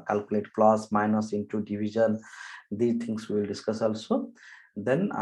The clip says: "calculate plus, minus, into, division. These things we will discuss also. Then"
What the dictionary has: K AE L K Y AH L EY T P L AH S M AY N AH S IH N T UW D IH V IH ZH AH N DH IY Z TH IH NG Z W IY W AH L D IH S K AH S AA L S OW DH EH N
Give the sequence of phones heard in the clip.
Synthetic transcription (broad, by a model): K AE L K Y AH L EY T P L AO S M AY N AH S IH N T UW D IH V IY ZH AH N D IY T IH NG S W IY L D IH S K AH S AA L S OW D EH N